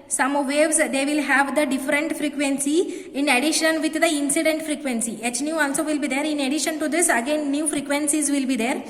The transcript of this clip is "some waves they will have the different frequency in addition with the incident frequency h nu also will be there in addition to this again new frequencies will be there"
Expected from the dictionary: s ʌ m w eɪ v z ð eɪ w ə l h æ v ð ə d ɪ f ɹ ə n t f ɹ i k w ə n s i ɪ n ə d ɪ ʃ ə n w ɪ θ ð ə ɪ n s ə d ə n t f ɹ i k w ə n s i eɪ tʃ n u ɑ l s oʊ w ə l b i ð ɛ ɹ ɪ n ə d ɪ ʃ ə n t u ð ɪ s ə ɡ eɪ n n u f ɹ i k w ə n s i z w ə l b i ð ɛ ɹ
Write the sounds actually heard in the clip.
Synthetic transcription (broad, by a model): s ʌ m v eɪ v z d eɪ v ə l h æ v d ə d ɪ f ɹ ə n t f ɹ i k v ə n s i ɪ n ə d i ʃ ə n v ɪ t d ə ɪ n s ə d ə n t f ɹ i k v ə n s i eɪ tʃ n u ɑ n s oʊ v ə l b i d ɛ ɹ ɪ n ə d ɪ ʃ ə n t u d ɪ s ə ɡ eɪ n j u f ɹ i k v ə n s i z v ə l b i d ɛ ɹ